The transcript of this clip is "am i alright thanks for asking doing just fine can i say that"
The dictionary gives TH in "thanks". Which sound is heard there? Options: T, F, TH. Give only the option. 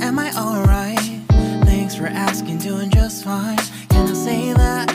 TH